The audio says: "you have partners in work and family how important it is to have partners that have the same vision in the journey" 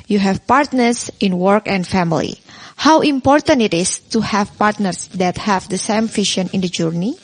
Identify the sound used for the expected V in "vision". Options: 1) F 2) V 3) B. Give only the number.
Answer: 1